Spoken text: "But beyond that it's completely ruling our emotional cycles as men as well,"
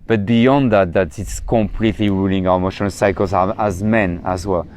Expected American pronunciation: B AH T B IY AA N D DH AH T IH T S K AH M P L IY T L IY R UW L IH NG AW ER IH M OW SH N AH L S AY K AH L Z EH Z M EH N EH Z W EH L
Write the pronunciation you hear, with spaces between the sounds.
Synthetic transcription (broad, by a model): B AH T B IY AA N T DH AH T IH T S K AH M P L IY T L IY R UW L IH NG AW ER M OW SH AH N S AY K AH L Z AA Z M EH N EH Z W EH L